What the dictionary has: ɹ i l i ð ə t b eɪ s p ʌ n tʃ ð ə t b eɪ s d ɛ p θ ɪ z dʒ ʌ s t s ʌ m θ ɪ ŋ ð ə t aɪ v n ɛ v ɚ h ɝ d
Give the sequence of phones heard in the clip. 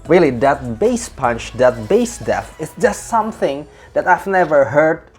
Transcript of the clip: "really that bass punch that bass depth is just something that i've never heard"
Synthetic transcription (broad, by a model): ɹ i l i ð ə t b eɪ s p ʌ n tʃ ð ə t b eɪ s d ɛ θ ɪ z dʒ ʌ s t s ʌ m θ ɪ ŋ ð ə t aɪ v n ɛ v ɚ h ɝ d